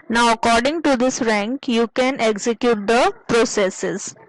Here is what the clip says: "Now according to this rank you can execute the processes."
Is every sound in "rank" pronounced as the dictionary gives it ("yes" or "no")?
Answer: yes